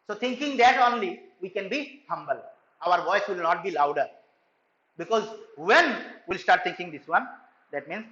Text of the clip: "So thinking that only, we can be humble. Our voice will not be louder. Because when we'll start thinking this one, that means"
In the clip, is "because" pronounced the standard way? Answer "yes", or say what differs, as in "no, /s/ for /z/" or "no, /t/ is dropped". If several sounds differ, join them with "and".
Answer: yes